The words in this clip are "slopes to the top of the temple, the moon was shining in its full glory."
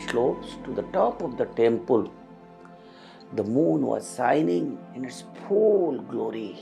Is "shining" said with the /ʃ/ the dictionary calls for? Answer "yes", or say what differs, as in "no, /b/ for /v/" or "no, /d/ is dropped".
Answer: no, /s/ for /ʃ/